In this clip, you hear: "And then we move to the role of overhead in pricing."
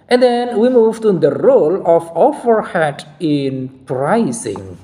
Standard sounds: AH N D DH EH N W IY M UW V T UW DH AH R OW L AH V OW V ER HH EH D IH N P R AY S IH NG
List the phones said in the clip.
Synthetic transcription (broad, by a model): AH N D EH N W IY M UW V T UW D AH R OW L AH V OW F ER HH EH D IH N P R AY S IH NG